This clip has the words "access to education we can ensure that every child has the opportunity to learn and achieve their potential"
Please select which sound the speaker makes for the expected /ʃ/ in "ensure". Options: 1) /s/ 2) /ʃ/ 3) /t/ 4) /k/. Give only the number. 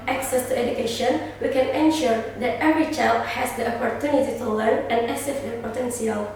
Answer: 2